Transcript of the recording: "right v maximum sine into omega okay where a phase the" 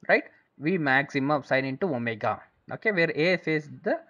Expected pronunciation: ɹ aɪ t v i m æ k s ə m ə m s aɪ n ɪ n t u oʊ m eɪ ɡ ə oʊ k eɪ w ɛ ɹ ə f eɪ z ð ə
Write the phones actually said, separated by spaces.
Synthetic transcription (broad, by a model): ɹ aɪ t v i m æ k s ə m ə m s aɪ n ɪ n t u oʊ m eɪ ɡ ə oʊ k eɪ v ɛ ɹ ə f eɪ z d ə